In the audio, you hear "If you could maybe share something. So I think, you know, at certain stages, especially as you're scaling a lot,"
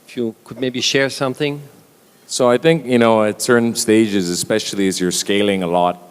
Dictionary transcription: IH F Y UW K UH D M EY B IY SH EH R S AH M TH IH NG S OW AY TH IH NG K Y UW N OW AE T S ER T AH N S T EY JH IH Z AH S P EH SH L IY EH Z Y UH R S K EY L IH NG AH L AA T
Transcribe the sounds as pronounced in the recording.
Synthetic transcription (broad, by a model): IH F Y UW K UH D M EY B IY SH EH R S AH M TH IH NG S OW AY TH IH NG K Y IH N OW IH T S ER N S T EY JH IH Z AH S P EH SH L IY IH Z Y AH R S K EY L IH NG AH L AA T